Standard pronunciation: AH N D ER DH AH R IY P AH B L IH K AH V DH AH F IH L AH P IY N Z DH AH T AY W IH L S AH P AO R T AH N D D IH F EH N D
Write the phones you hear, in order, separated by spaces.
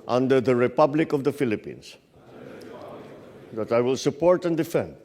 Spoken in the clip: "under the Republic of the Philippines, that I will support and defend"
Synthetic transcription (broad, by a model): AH N D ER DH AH R IY P AH B L IH K AH V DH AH F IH L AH P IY N S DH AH T AY W IH L S AH P AO R T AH N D D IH F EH N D